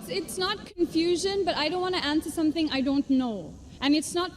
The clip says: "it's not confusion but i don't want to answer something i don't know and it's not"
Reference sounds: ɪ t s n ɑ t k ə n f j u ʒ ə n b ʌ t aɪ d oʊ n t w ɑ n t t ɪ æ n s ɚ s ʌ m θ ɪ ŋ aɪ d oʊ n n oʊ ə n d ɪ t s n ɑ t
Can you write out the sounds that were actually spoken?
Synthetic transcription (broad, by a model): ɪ t s n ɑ t k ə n f j u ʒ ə n b ʌ t aɪ d oʊ n t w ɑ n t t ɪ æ n s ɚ s ʌ m θ ɪ ŋ aɪ d oʊ n n oʊ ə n ɪ t s n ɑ t